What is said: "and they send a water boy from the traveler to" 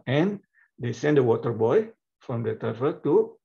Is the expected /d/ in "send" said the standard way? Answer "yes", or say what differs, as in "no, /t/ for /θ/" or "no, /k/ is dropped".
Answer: yes